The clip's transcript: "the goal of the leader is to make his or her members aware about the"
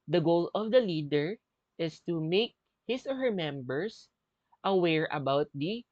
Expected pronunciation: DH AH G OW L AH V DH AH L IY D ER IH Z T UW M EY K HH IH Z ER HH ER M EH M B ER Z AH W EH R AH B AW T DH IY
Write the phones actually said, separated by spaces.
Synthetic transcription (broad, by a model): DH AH G OW L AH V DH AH L IY D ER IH S T UW M EY K HH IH S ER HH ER M EH M B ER S AH W EH R AH B AW T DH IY